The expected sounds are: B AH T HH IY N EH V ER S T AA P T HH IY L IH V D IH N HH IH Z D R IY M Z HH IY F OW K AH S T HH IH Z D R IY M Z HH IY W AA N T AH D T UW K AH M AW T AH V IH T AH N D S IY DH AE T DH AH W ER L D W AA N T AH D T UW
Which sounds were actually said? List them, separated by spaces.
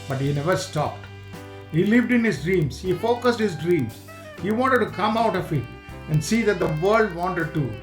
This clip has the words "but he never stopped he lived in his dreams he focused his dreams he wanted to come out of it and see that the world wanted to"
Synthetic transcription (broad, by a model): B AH T HH IY N EH V ER S T AA P T HH IY L IH V D IH N HH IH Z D R IY M S HH IY F OW K AH S T HH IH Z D R IY M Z HH IY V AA N T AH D T UW K AH M AW T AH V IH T AH N D S IY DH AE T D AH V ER L D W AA N T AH D T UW